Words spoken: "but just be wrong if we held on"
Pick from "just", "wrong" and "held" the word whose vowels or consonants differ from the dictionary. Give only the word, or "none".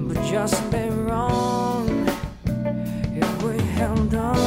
just